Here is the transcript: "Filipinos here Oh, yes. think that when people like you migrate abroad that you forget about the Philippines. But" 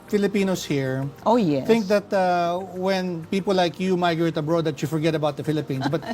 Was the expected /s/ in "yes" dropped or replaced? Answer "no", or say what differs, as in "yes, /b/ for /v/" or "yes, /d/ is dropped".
yes, /s/ is dropped